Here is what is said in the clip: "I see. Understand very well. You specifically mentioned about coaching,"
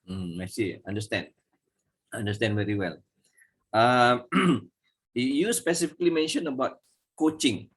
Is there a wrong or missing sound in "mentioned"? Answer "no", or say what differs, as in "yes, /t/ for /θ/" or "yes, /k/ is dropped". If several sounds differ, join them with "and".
yes, /d/ is dropped